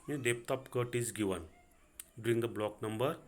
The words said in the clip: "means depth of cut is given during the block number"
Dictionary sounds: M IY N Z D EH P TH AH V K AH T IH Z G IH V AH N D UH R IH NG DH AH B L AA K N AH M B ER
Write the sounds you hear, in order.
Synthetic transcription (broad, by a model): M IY D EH P T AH P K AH T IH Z G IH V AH N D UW R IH NG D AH B L AA K N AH M B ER